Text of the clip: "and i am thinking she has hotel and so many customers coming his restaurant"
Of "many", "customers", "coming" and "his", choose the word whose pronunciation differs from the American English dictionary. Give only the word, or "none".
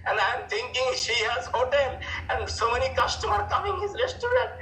customers